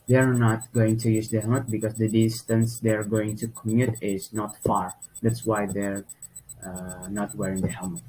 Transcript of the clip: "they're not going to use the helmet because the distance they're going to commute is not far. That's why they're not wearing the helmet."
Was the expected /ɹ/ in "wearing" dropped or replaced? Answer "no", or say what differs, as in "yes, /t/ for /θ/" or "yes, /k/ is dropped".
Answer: no